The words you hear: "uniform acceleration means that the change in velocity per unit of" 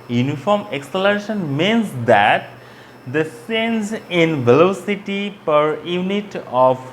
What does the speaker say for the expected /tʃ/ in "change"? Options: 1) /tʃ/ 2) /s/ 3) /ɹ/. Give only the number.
2